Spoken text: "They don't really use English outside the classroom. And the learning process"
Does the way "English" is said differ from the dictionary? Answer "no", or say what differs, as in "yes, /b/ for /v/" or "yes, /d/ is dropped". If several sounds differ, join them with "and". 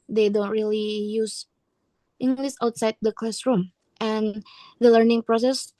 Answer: yes, /s/ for /ʃ/